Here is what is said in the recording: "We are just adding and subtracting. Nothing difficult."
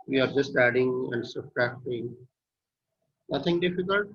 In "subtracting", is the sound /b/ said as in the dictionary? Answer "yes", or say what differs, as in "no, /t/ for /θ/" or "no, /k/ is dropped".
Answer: no, /b/ is dropped